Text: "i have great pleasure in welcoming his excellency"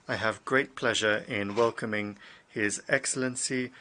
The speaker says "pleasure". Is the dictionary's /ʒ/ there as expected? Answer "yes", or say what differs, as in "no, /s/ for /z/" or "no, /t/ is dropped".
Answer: yes